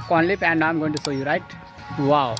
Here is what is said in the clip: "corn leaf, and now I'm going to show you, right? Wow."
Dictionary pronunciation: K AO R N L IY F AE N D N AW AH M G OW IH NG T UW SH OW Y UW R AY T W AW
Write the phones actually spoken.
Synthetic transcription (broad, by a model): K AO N L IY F AE N D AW AH M G OW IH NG T UW S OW Y UW R AY T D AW